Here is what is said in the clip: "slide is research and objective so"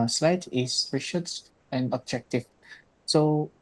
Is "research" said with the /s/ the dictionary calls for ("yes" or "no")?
no